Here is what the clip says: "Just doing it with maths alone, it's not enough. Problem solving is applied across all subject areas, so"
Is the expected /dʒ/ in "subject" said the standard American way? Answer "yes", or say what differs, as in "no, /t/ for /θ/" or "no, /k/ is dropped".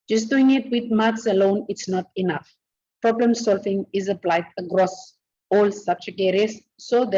no, /tʃ/ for /dʒ/